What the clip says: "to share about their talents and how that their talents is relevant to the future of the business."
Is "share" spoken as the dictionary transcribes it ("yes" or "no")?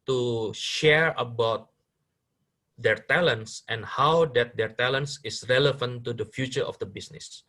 yes